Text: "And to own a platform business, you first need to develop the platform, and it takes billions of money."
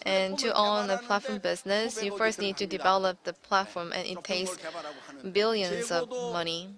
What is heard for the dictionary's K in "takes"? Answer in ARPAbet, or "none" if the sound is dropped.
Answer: none